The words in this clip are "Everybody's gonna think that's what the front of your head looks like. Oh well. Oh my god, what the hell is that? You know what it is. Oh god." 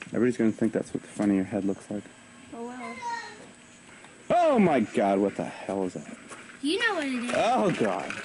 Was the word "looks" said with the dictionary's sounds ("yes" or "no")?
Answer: yes